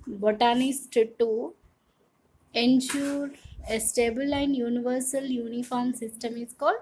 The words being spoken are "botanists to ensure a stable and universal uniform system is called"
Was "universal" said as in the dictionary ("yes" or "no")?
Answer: yes